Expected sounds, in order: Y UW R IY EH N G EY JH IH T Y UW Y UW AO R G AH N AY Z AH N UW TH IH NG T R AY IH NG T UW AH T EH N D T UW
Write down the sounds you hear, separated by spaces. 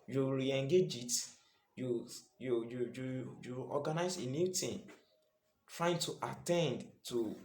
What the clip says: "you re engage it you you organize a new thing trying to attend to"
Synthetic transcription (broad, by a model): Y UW R IY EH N G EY JH IH T Y UW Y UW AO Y G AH N AY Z AH N UW T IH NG T R AY IH NG T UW AH T EH N D T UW